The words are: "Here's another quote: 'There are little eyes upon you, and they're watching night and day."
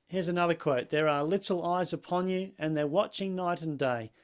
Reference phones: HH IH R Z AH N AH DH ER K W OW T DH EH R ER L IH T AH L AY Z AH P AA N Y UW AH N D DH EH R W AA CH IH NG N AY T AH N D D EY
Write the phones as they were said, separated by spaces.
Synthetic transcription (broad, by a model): HH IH R Z AH N AH DH ER K W OW T DH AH R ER L IH T L AY Z AH P AA N Y UW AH N DH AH R W AA CH IH NG N AY T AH N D D EY